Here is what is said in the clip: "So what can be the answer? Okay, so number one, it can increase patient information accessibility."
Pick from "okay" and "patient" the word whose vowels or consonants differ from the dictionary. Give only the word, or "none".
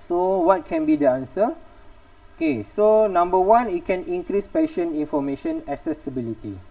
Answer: patient